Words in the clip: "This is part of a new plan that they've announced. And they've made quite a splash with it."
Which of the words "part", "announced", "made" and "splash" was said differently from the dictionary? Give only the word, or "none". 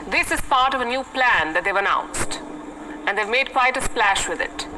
none